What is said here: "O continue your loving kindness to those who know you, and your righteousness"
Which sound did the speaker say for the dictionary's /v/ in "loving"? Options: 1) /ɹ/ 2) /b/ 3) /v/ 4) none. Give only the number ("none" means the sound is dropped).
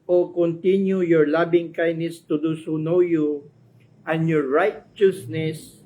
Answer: 2